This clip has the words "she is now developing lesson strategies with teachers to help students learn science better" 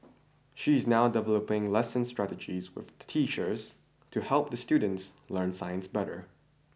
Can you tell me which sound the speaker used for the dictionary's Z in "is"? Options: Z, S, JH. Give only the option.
Z